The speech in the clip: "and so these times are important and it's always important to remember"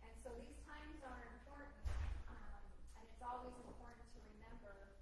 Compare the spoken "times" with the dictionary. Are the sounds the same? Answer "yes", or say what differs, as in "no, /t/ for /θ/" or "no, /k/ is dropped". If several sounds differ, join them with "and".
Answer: yes